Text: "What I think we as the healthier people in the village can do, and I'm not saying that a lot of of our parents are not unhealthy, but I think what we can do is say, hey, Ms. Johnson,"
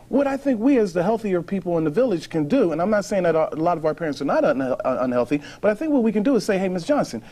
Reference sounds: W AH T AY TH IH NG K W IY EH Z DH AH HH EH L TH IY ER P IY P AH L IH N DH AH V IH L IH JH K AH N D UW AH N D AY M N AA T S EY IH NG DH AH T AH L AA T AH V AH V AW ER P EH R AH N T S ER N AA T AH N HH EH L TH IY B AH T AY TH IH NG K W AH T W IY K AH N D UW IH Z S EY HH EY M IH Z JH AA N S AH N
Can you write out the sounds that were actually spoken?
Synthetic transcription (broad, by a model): W AH T AY TH IH NG K W IY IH Z DH AH HH EH L TH IY ER P IY P L IH N DH AH V IH L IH ZH K AH N D UW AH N AY M N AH T S EY IH NG DH AH T AH L AA T AH V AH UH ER P EH R AH N T S ER N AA T AH N HH EH L TH IY B AH T AY TH IH NG K W AH T W IY K AH N D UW IH Z S EY HH EY M IH S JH AA N S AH N